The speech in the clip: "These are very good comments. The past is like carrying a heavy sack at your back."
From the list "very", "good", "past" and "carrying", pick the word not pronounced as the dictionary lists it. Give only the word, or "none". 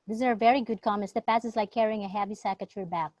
past